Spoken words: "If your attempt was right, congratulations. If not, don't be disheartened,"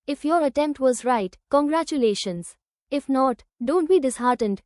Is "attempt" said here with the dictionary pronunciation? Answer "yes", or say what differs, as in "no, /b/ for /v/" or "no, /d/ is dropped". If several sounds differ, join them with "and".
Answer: yes